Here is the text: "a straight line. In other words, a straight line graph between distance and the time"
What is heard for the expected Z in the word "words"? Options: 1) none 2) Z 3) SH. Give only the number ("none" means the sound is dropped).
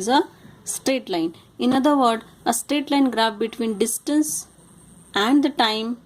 1